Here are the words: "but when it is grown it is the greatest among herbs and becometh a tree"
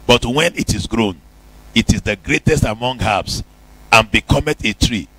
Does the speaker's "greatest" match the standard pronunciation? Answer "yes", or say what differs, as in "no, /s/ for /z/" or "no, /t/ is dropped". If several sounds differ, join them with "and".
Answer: yes